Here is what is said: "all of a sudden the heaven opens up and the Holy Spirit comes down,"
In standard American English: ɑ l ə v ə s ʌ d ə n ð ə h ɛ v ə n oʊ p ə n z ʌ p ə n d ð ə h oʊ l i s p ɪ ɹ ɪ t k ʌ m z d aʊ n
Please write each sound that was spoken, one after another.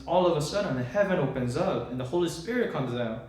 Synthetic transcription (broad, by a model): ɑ l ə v ə s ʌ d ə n ð ə h ɛ v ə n oʊ p ə n z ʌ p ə n ð ə h oʊ l i s p ɪ ɹ ɪ t k ʌ m z aʊ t